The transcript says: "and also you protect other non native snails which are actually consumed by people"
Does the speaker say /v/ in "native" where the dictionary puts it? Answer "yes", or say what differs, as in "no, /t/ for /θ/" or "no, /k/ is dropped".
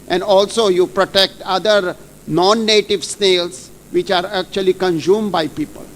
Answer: yes